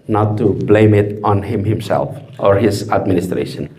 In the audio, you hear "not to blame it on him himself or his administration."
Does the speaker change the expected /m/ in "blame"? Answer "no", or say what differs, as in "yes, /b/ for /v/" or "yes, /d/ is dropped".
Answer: no